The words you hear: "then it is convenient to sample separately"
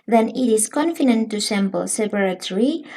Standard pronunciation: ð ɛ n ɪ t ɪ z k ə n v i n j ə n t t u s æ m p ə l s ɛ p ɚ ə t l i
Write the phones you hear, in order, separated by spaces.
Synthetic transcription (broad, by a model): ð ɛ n ɪ t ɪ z k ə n f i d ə n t t u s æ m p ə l s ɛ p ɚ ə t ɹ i